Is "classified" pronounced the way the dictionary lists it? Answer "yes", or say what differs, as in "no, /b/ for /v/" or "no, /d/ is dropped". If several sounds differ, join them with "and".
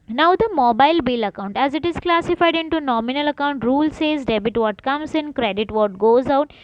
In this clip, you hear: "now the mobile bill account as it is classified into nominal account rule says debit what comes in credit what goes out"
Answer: yes